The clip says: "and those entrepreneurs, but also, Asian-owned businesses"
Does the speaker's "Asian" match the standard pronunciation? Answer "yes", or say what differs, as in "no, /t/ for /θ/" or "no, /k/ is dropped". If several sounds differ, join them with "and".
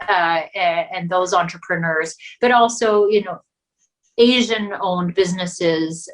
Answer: yes